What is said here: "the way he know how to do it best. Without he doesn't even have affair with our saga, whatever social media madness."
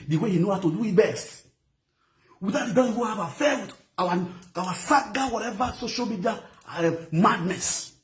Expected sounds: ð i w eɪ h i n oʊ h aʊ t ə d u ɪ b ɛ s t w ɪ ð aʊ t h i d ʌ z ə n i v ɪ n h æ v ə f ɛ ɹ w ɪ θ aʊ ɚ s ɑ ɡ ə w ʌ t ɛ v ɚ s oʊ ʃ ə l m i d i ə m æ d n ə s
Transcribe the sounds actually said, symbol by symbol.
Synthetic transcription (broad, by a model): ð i w eɪ h i n oʊ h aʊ t ə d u ɪ b ɛ s t w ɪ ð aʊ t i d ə i w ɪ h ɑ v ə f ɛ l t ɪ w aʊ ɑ s ɑ ɡ ə w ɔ t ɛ v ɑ s oʊ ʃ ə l m i d i ə m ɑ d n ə s